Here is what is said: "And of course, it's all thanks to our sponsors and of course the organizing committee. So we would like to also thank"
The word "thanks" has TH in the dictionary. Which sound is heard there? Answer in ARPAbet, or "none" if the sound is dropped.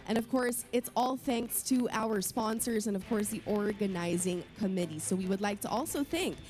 TH